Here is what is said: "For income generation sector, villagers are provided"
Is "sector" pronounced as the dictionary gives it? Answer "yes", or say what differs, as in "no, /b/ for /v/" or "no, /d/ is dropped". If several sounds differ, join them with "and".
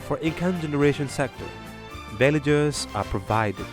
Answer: yes